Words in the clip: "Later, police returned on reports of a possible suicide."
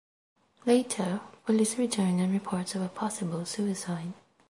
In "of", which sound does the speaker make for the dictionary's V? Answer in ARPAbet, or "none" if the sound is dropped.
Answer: V